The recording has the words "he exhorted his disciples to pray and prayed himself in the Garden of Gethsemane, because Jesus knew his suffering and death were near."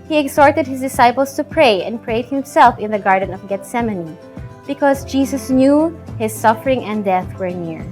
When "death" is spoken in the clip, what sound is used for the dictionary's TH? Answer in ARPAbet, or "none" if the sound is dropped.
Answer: TH